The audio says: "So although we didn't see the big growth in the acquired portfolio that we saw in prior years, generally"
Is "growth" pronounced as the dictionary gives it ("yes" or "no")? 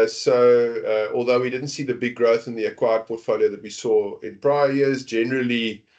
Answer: yes